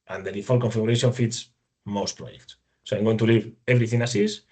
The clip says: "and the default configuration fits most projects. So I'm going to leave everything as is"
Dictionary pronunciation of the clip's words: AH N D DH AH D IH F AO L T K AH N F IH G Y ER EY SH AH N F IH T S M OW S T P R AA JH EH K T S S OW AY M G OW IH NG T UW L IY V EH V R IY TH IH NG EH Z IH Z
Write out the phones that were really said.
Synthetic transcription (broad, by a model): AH N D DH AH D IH F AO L K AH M F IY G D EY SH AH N F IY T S M OW S T P R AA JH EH K T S S OW AY M G OW IH NG T UW L IY V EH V R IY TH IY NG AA S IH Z